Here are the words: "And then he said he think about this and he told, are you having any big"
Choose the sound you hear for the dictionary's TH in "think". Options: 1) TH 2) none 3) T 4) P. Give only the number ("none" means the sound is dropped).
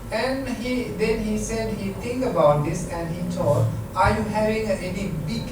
3